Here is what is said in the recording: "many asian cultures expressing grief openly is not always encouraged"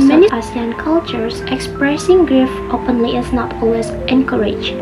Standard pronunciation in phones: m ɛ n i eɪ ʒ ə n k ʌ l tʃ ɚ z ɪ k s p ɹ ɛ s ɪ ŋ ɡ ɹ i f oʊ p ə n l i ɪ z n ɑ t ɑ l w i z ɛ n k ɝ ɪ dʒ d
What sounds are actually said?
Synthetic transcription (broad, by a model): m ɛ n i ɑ s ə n k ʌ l tʃ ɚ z ɪ k s p ɹ ɛ s ɪ ŋ ɡ ɹ i f oʊ p ə n l i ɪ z n ɑ t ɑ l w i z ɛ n k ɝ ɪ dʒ